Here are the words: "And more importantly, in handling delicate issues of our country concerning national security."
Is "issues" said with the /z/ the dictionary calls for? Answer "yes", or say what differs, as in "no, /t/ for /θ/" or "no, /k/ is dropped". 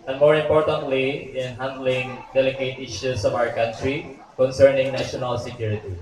no, /s/ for /z/